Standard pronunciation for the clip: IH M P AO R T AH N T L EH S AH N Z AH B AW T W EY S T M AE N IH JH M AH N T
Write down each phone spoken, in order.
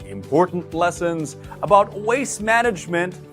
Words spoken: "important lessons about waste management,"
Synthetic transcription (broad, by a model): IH M P AO R T N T L EH S AH N Z AH B AW T W EY S M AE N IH JH M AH N T